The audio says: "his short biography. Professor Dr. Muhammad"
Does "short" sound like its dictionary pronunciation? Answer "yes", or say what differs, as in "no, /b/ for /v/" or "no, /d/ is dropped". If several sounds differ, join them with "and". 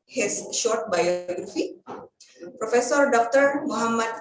yes